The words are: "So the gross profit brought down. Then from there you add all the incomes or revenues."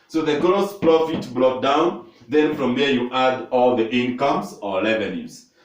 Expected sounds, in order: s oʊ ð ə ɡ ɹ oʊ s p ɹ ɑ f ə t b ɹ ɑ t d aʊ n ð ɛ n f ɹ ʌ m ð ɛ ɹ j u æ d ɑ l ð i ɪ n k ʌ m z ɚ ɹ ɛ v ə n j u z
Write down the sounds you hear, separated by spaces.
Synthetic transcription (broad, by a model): s oʊ ð ə ɡ ɹ oʊ s p ɹ ɑ f ə t b l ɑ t d aʊ n ð ɛ n f ɹ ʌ m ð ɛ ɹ j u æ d ɑ l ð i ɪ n k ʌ m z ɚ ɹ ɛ v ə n j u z